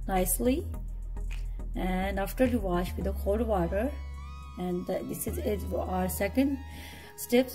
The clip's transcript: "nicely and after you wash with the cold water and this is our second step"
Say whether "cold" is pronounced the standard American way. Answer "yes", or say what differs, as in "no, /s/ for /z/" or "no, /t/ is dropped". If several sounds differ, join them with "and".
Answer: no, /l/ is dropped